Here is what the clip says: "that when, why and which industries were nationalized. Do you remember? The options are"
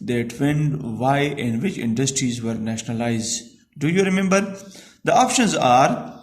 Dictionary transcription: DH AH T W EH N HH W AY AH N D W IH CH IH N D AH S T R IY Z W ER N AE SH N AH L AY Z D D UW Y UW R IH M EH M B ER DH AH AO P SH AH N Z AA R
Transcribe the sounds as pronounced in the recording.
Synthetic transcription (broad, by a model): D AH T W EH N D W AY AH N D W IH CH IH N D AH S T R IY Z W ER N AE SH N AH L AY Z D D UW Y UW R IH M EH M B ER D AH AO P SH AH N Z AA R